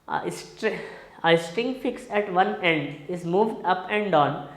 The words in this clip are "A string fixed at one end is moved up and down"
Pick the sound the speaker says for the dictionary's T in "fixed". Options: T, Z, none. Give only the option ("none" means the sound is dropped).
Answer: none